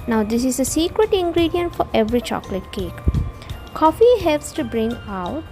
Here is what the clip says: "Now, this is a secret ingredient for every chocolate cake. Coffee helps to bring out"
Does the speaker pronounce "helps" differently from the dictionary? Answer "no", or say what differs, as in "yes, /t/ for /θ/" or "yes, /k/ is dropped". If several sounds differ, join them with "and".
no